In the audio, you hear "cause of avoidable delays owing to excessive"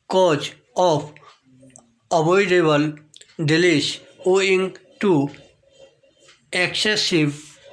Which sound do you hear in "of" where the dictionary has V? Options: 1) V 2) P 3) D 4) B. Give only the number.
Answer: 2